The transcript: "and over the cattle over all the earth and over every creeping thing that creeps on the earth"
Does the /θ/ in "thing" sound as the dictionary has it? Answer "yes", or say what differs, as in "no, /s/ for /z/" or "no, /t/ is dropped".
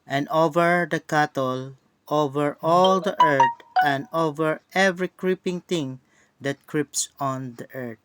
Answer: no, /t/ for /θ/